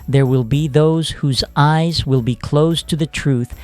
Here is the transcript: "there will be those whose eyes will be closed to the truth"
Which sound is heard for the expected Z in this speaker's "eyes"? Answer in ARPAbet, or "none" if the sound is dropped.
Z